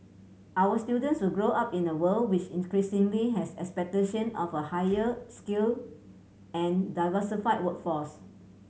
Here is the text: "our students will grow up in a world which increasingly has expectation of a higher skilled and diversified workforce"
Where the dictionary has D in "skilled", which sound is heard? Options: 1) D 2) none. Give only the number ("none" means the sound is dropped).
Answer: 2